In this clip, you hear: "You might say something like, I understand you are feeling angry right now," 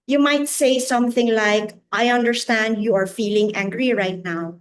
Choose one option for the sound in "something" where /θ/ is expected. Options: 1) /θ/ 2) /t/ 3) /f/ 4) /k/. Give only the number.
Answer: 1